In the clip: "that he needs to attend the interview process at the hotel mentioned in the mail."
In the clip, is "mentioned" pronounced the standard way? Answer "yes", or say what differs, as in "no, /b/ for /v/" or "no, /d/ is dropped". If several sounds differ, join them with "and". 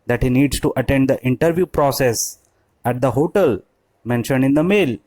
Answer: yes